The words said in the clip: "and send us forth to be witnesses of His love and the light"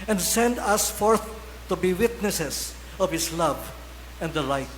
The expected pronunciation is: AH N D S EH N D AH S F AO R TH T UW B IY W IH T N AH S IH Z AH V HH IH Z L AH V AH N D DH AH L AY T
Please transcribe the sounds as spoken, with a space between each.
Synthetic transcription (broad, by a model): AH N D S EH N D AH S F AO R TH T UW B IY W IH T N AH S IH S AH V HH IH S L AH V AH N D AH L AY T